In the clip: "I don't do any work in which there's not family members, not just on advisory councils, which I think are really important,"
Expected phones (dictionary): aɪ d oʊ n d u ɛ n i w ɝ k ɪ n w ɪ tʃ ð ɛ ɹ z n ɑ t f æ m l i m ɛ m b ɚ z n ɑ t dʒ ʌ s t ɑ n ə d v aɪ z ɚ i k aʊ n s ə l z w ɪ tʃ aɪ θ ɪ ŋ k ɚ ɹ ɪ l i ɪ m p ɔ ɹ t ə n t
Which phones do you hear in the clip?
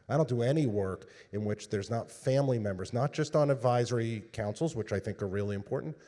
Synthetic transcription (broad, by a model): aɪ d oʊ n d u ɛ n i w ɝ k ɪ n w ɪ tʃ ð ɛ ɹ z n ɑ t f æ m l i m ɛ m b ɚ z n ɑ t dʒ ʌ s t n ə d v aɪ z ɚ i k aʊ n s l z w ɪ tʃ aɪ θ ɪ ŋ k ɚ ɹ ɪ l i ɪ m p ɔ ɹ t n t